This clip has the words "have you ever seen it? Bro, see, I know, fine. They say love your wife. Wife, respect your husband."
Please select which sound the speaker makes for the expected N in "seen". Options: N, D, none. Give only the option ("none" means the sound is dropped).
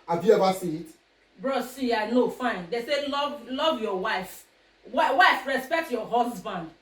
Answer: none